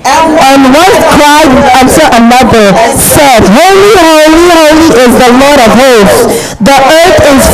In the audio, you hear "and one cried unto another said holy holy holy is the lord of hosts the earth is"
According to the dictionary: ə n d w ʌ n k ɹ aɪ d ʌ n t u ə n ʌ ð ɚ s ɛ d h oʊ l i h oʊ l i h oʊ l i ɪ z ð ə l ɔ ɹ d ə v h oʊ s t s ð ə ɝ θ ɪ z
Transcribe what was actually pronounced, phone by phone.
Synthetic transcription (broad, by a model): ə n w ʌ n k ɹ aɪ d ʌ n s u ə n ʌ ð ɚ s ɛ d h oʊ l i h oʊ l i h oʊ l i ɪ z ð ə l ɔ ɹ d ə v h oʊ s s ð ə ɝ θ ɪ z